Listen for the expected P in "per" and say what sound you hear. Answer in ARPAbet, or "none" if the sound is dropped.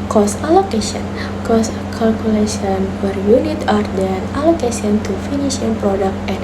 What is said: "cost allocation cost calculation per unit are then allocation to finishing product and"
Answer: F